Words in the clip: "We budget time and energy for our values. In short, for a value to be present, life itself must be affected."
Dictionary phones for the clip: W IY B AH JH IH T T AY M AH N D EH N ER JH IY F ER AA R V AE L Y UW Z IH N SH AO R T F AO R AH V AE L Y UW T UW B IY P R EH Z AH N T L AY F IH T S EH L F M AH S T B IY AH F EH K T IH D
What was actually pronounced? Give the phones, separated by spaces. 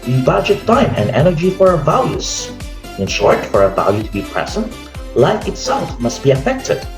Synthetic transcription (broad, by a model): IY B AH JH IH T T AY M AH N D EH N ER JH IY F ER AA R V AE L Y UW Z IH N SH AO R T F AO R AH V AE L Y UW T UW B IY P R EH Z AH N T L AY F IH T S EH L F M AH S T B IY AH F EH K T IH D